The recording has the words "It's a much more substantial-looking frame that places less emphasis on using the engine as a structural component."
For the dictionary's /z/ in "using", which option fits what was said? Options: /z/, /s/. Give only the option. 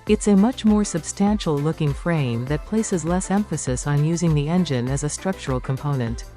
/z/